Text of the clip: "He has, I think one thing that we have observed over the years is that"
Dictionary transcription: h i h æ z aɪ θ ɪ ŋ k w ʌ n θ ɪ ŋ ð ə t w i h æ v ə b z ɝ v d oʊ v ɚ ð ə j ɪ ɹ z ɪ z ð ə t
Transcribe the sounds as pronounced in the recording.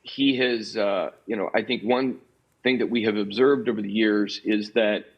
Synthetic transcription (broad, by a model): h i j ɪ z aɪ θ ɪ ŋ k w ʌ n θ ɪ ŋ ð ə t w i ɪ v ə b z ɝ v d oʊ v ɚ ð ə j ɪ ɹ z ɪ z ð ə t